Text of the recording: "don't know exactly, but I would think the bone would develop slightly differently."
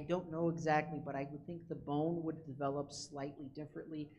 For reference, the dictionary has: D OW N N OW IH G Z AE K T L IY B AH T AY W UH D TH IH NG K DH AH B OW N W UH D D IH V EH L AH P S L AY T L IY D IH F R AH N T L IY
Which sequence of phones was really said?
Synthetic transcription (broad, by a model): D OW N N OW IH G Z AE K T L IY B AH T AY W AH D TH IH NG K DH AH B OW N W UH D D IH V EH L AH P S L AY T L IY D IH F R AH N T L IY